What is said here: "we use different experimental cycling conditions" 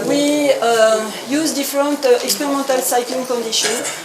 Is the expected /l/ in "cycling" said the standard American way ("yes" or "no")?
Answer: yes